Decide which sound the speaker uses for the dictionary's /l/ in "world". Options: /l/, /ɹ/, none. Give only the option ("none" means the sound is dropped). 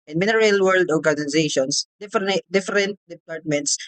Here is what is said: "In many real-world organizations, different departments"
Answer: /l/